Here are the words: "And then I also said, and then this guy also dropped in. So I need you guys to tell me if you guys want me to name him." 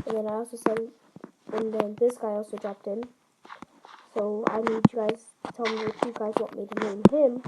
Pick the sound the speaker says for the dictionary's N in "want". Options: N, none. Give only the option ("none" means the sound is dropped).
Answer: none